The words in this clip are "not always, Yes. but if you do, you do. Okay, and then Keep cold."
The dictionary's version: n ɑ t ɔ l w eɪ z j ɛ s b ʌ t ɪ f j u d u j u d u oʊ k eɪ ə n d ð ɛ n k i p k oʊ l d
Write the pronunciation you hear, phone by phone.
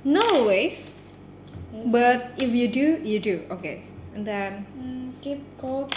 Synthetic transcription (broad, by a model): n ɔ w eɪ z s b ʌ t ɪ f j u d u j u d u oʊ k eɪ ə n d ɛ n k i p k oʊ